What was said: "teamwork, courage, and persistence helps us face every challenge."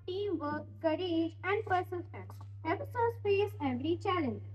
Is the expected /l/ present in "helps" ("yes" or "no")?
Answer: no